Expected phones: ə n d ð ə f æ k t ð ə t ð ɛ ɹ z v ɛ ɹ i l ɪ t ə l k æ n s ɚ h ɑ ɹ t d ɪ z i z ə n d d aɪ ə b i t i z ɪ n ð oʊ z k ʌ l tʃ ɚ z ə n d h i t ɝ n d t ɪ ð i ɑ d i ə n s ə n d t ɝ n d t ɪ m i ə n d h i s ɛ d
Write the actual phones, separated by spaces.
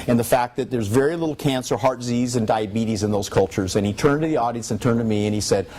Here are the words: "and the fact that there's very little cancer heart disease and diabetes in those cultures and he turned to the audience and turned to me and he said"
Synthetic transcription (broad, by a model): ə n ð ə f æ k ð ə t ð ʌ ɹ z v ɛ ɹ i l ɪ t l k æ n s ɚ h ɑ ɹ t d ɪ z i z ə n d d aɪ ə b i t i z ɪ n ð oʊ z k ʌ l tʃ ɚ z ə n i t ɝ n t ɪ ð i ɑ d i ə n s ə n t ɝ n t ɪ m i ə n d i s ɛ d